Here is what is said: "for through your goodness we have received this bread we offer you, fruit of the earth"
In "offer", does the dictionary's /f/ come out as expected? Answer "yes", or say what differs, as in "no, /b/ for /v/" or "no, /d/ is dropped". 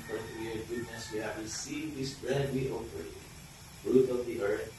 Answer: no, /f/ is dropped